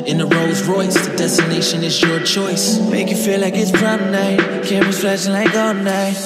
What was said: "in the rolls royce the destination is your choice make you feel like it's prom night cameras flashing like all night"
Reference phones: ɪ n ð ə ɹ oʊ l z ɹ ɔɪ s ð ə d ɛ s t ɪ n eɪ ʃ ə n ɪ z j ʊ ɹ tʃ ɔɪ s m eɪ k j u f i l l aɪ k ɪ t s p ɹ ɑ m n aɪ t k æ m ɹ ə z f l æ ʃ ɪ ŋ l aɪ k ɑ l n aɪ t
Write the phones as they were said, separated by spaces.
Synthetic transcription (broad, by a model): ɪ n ð ə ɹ oʊ z ɹ ɔɪ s ð ə d ɛ s t ɪ n eɪ ʃ ə n ɪ z j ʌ ɹ tʃ ɔɪ s m eɪ k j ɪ f i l l aɪ k ɪ t s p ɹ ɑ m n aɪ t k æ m w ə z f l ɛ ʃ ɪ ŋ l aɪ k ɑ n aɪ